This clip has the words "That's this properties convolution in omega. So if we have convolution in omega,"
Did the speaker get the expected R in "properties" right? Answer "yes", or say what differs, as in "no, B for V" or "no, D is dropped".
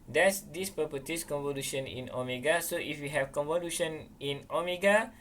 no, R is dropped